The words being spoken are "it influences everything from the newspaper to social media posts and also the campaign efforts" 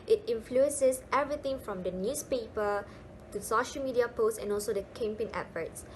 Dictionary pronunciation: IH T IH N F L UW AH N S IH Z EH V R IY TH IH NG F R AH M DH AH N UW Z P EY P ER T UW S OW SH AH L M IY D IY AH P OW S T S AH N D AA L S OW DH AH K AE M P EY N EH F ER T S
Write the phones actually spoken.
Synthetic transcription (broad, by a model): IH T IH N F L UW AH N S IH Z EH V R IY T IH NG F R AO M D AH N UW S P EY P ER T UW S OW SH AH L M IY D IY AH P OW S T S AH N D AA L S OW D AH K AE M P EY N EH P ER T S